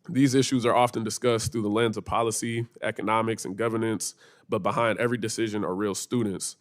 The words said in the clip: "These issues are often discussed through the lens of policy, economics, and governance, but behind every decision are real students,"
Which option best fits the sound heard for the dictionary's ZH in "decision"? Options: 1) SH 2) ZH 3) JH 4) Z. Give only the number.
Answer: 2